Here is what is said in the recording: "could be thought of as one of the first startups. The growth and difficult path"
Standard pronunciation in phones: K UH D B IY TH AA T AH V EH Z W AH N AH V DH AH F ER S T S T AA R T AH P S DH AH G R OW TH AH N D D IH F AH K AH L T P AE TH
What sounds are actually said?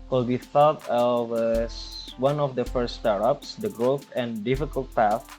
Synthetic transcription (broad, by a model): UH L B IY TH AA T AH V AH S W AH N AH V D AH F ER S T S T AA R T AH P S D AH G R OW TH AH N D D IH F AH K AH L T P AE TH